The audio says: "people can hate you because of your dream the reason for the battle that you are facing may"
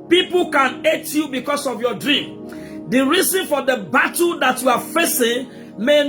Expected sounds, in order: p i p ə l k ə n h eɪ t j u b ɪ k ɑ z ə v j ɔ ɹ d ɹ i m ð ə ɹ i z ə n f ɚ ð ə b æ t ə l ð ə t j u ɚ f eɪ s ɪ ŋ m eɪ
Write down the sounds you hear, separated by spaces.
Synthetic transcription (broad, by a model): p i p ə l k ə n eɪ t j u b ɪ k ɑ s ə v j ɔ d ɹ i m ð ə ɹ i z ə n f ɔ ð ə b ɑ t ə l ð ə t j u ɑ f eɪ s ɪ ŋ m eɪ